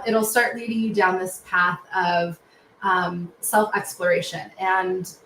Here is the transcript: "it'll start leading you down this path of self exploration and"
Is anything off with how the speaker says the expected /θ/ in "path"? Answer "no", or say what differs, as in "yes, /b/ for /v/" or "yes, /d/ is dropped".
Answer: no